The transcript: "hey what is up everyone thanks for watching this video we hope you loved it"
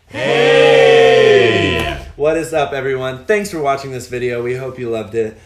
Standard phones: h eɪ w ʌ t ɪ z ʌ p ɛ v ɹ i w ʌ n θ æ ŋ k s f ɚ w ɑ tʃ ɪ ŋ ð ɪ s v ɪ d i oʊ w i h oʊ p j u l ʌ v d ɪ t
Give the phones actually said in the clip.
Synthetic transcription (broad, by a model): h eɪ w ʌ t ɪ z ʌ p ɛ v ɹ i w ʌ n θ æ ŋ k s f ɚ w ɑ tʃ ɪ ŋ ð ɪ s v ɪ d i oʊ w i h oʊ p j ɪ l ʌ v d ɪ t